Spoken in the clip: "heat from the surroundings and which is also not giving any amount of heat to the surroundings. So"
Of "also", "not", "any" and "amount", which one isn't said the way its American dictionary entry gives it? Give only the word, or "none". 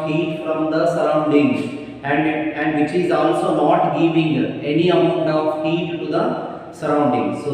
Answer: amount